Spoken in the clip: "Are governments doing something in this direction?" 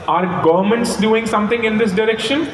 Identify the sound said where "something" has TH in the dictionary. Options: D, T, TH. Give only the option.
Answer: T